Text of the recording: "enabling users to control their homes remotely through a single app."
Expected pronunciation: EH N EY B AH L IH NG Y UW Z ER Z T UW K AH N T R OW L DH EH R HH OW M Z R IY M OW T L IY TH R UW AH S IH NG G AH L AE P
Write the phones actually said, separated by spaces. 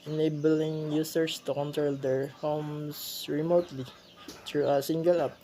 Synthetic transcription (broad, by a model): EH N EY B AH L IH NG Y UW S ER S T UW K AH N T R OW L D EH R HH OW M S R IY M OW T L IY T R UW AH S IH NG G AH L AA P